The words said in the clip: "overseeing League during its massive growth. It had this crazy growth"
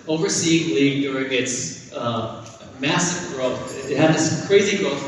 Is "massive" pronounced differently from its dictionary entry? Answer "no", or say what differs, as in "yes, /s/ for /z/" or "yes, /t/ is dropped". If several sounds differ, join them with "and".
no